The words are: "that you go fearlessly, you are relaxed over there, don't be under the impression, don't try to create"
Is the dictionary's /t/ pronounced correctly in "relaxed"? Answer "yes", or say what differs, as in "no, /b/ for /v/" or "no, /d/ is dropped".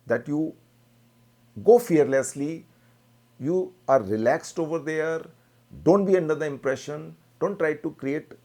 yes